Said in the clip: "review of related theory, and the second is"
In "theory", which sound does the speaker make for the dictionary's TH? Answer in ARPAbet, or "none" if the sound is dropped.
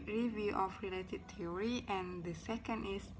T